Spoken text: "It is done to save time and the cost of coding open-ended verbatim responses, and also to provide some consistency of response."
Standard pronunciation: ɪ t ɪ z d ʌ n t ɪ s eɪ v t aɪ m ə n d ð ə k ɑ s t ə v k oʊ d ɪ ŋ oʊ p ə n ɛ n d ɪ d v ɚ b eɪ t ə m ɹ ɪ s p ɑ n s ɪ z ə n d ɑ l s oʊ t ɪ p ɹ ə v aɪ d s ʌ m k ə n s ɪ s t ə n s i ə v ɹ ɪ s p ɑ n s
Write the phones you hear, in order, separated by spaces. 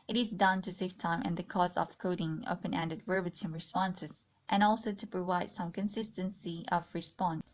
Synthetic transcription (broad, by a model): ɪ t ɪ z d ʌ n t ɪ s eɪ f t aɪ m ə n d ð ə k ɑ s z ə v k oʊ d ɪ ŋ oʊ p ə n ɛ n d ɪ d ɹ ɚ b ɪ s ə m ɹ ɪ s p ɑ n s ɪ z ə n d ɑ l s oʊ t ɪ p ɹ ə v aɪ d s ʌ m k ə n s ɪ s t ə n s i ə v ɹ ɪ s p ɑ n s